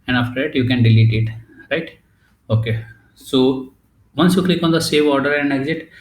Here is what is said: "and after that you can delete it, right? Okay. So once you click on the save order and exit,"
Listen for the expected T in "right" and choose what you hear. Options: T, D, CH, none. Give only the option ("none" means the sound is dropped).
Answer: T